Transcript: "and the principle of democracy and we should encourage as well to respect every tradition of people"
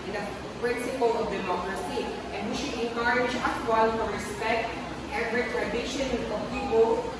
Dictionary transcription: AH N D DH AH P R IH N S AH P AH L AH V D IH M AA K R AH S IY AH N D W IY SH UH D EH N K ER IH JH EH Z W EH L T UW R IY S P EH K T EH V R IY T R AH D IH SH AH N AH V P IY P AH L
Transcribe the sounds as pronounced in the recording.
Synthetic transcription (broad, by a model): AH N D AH P R IH N S AH P AH L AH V D IH M AA K R AH S IY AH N W IY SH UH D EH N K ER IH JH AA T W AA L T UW R IY S P EH K T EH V R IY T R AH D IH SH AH N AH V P IY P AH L